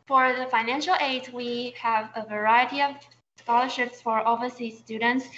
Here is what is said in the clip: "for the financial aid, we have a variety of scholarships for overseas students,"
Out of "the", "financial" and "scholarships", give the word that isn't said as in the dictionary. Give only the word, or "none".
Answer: none